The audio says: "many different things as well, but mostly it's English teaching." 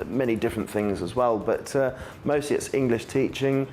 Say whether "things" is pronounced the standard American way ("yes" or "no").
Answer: yes